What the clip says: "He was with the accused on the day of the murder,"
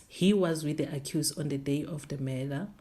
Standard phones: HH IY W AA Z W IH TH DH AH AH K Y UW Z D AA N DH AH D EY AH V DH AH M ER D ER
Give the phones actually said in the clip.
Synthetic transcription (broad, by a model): HH IY W AA Z W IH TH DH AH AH K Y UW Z AA N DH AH D EY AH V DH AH M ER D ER